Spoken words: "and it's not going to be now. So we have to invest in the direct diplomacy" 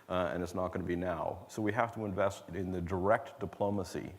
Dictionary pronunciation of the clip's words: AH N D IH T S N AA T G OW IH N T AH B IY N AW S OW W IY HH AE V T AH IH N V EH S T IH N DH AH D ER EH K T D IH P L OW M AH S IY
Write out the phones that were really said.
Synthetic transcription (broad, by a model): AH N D IH T S N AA T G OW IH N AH B IY N AW S OW W IY HH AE F T AH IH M V EH S T IH N DH AH D ER EH K T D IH P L OW M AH S IY